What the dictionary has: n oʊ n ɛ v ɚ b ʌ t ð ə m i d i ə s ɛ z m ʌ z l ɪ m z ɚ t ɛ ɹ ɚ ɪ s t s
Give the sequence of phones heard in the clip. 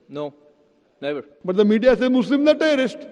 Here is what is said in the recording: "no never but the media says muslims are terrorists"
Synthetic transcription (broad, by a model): n oʊ n ɛ v ɚ b ʌ t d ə m i d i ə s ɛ m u s l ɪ m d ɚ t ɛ ɹ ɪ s t